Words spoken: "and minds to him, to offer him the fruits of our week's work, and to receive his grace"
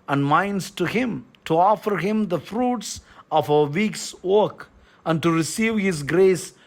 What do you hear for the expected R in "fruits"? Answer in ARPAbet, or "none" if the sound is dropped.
R